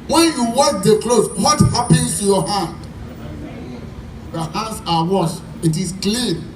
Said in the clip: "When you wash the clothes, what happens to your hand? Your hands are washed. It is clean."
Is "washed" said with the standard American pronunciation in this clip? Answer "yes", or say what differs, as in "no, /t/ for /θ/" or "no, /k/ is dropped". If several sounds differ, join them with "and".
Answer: no, /t/ is dropped